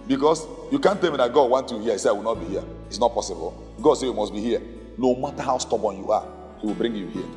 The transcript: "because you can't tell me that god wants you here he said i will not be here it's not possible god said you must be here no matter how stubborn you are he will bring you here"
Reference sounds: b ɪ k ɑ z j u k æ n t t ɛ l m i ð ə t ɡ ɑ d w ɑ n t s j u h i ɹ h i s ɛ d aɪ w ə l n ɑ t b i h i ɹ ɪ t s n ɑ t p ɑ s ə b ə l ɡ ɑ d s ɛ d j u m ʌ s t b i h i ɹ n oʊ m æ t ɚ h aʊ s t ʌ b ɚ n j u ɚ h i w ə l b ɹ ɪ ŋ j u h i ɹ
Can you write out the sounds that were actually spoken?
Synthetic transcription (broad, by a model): b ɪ k ɑ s j u k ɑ n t t ɛ l m i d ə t ɡ ɑ d w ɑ n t j u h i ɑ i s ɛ aɪ w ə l n ɑ t b i h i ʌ ɪ t s n ɑ t p ɑ s ə b ə l ɡ ɑ d s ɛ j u m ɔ s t b i h i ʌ n oʊ m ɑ t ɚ h aʊ s t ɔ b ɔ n j u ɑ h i w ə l b ɹ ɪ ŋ j u h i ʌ